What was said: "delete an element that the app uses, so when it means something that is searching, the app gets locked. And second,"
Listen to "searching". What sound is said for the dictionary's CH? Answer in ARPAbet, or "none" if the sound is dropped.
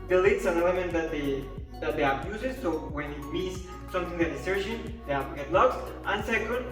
SH